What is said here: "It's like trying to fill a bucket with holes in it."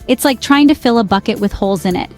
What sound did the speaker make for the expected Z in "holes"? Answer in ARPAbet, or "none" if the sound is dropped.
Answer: Z